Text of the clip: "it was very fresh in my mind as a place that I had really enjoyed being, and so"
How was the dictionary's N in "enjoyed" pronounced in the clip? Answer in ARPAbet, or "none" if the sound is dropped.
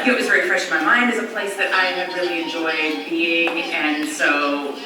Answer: N